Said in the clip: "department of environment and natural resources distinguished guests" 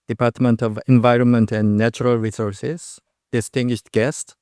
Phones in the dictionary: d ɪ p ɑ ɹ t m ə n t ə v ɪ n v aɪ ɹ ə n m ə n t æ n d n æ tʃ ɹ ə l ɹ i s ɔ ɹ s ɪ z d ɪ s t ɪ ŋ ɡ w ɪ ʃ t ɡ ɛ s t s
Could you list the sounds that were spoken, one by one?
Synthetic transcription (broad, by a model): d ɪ p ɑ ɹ t m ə n t ə v ɪ n v aɪ ɹ ə n m ə n t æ n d n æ tʃ ɹ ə l ɹ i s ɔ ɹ s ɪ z d ɪ s t ɪ ŋ ɡ w ɪ ʃ t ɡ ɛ s t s